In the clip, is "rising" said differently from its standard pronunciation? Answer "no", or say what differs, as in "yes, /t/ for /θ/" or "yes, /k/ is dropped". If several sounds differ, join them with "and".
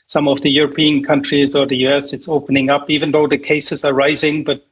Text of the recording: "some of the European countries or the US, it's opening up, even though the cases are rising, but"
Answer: no